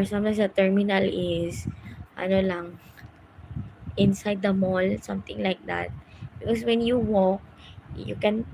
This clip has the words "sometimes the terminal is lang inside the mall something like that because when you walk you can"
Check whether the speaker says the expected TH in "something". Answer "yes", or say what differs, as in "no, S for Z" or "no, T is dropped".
no, T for TH